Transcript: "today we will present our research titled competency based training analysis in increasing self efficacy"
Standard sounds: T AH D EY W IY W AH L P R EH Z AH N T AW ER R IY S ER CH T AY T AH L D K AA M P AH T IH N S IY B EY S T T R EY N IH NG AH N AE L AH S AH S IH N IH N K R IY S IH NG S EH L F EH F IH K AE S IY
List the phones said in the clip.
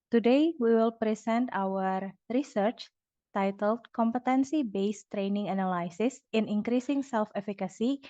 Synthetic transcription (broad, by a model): T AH D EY W IY W AH L P R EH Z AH N T AW ER R IY S ER CH T AY T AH L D K AA M P AH T IH N S IY B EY S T T R EY N IH NG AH N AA L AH S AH S IH N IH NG K R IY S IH NG S EH L F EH F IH K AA S IY